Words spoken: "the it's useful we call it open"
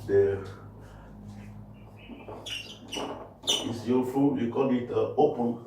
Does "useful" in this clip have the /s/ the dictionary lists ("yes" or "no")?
no